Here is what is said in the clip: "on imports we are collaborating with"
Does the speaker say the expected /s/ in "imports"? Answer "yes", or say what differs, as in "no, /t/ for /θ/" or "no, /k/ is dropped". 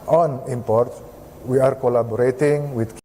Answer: no, /s/ is dropped